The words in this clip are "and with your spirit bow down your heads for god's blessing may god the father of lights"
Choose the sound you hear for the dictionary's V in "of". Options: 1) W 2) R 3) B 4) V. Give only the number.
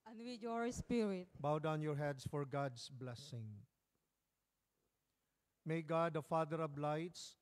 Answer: 3